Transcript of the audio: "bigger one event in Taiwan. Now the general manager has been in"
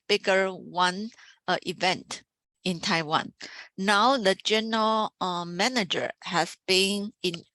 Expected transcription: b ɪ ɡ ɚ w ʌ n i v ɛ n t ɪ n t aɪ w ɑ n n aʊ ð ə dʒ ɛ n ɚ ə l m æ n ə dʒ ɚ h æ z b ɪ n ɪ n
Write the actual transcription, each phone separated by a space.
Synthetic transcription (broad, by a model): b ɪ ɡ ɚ w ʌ n i v ɛ n t ɪ n t aɪ w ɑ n n aʊ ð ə dʒ ɛ n ɚ ə l m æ n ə dʒ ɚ h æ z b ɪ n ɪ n